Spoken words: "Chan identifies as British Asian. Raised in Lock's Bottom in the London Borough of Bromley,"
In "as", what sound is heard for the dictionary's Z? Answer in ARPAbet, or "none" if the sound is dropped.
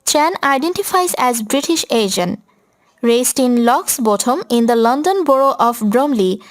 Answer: Z